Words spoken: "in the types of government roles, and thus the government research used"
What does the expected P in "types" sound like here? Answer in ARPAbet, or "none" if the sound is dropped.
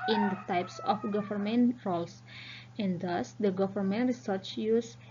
P